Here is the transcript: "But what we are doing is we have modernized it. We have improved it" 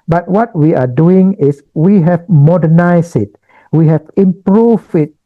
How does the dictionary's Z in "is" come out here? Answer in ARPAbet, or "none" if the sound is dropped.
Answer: S